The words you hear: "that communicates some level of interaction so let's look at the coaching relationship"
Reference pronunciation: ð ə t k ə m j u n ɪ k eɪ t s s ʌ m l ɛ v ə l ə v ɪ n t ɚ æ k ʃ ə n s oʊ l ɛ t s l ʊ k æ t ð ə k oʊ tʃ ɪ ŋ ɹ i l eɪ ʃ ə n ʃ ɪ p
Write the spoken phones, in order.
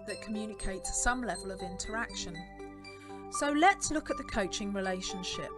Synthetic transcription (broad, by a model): ð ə t k ə m j u n ɪ k eɪ t s s ʌ m l ɛ v ə l ə v ɪ n t ɚ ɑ k ʃ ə n s oʊ l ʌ t s l ʊ k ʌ t ð ə k oʊ tʃ ɪ ŋ ɹ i l eɪ ʃ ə n ʃ ɪ p